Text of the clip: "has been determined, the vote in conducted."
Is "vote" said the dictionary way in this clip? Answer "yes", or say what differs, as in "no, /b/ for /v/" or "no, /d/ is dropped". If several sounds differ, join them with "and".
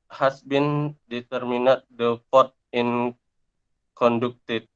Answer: no, /f/ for /v/